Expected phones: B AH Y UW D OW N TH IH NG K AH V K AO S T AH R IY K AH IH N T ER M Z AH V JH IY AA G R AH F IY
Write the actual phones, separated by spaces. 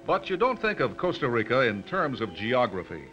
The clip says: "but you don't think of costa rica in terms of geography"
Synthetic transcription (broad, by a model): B AH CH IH D OW N TH IH NG K AH V K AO S T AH R IY K AH IH N T ER M Z AH V JH IY AA G R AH F IY